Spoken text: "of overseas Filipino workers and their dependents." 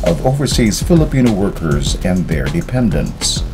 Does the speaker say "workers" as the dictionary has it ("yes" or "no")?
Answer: yes